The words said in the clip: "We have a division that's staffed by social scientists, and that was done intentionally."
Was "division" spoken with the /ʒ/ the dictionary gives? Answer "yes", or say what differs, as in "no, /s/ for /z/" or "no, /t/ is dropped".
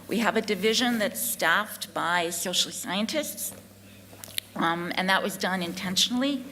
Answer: yes